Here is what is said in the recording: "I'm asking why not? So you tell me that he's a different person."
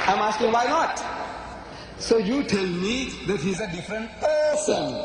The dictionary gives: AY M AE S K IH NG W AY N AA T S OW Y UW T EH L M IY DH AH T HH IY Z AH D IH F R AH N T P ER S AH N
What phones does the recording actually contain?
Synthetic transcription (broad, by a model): AY M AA S K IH NG W AY N AA T S OW Y UW T EH L M IY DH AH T HH IY Z AH D IH F R AH N T P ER S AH N